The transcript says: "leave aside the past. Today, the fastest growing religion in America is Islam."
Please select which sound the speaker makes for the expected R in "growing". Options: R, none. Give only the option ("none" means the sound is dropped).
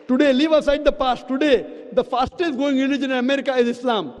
none